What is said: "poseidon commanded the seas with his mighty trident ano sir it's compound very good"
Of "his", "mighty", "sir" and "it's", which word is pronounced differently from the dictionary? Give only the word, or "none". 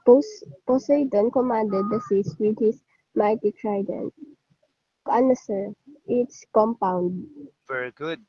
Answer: his